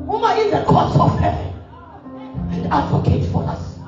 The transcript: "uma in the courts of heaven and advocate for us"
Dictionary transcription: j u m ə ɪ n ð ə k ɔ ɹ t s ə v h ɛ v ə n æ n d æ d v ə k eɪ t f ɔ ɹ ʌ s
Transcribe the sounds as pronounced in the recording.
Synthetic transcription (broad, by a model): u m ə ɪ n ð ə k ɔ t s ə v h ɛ ə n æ n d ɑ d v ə k eɪ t f ɔ ɹ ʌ s